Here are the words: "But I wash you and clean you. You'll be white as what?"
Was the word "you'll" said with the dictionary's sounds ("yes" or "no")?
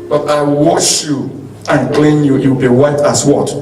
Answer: no